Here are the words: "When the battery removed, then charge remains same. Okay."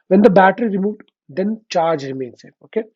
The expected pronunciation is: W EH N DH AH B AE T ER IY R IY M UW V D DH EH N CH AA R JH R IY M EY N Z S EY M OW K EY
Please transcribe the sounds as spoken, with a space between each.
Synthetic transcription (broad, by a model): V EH N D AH B AE T ER IY R IY M UW V D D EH N CH AA R JH R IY M EY N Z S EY OW K EY